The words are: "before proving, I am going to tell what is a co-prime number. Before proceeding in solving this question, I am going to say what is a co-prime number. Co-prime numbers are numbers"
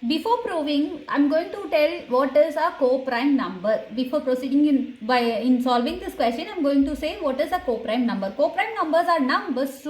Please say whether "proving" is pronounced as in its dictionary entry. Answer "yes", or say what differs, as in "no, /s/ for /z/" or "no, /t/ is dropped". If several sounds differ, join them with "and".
yes